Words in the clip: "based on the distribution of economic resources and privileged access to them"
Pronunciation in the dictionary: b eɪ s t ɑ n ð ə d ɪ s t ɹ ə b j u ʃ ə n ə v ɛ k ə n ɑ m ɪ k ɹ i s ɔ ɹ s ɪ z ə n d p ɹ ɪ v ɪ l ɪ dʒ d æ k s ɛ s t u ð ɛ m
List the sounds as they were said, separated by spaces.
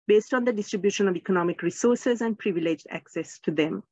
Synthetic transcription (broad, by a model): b eɪ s t ɑ n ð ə d ɪ s t ɹ ə b j u ʃ ə n ə v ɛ k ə n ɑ m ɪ k ɹ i s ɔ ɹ s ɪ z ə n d p ɹ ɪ v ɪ l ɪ dʒ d æ k s ɛ s t u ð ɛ m